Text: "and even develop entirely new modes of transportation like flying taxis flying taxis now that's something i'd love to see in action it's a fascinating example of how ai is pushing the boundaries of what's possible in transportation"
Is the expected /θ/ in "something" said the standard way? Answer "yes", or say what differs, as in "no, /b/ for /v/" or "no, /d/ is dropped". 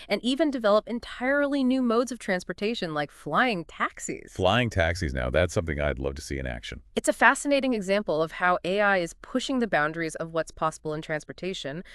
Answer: yes